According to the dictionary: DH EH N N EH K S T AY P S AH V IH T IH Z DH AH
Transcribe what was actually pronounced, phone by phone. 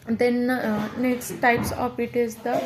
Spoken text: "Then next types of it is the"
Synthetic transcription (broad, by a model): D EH N N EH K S T AY P S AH P IH T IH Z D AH